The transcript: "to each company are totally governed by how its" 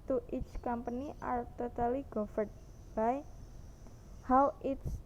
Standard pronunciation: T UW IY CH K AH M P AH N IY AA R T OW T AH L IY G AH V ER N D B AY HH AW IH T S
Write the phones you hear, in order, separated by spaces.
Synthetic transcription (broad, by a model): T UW IY CH K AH M P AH N IY AA R T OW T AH L IY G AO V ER D B AY HH AW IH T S